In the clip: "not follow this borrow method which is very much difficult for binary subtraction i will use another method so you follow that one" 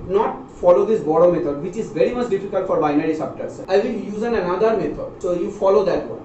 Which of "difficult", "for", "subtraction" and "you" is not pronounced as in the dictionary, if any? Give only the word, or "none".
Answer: subtraction